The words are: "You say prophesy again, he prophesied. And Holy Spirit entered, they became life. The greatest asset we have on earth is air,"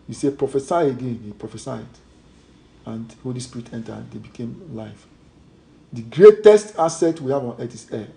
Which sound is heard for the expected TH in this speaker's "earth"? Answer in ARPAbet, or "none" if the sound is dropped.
T